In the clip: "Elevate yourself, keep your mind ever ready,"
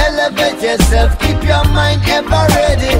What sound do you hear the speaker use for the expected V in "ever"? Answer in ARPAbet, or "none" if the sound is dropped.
B